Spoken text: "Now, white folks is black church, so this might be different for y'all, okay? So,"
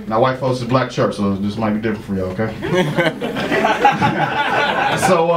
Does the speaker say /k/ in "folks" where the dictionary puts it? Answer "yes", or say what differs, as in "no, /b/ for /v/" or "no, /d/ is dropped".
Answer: no, /k/ is dropped